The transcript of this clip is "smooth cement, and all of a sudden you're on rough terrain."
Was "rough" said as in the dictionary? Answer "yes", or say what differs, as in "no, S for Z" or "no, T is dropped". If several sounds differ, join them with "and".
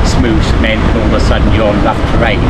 no, L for R